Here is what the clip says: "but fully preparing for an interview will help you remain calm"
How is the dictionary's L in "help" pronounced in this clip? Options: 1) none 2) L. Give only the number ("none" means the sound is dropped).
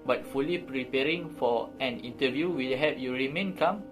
1